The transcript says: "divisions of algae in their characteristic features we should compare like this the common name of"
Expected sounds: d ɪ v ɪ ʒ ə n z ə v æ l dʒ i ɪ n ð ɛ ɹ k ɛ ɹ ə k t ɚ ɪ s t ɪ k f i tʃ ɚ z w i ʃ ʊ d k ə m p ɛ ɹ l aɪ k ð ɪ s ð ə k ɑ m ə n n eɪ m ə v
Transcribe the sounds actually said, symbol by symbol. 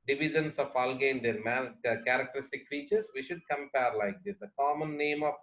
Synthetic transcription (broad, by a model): d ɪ v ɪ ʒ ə n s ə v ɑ l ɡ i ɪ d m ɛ l k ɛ ɹ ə k t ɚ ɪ s t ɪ k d i tʃ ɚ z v i ʃ ʊ d k ə m p ɛ ɹ l aɪ k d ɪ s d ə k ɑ m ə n n eɪ m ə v